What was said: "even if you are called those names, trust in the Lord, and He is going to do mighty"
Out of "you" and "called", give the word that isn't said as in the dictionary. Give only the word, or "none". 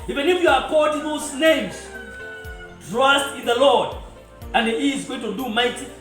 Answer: called